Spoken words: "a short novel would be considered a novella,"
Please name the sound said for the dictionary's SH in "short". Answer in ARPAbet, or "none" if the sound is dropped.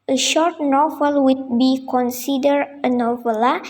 SH